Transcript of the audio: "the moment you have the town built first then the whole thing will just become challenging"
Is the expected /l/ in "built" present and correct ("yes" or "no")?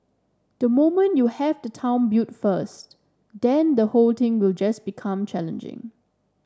no